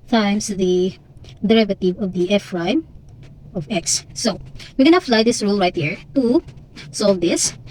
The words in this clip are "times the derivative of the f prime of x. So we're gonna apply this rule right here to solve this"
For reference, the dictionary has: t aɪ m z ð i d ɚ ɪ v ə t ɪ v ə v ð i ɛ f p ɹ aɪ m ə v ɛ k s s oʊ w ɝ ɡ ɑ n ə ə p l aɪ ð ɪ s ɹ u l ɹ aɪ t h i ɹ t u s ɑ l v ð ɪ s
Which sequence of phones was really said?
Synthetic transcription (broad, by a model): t aɪ m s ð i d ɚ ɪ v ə t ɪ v ə v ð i ɛ f ɹ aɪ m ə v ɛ k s s oʊ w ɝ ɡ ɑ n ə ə f l aɪ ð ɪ s ɹ u l ɹ aɪ t h i ɹ t u s ɑ l v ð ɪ s